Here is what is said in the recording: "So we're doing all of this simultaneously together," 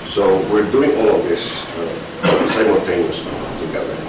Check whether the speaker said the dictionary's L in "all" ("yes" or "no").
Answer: yes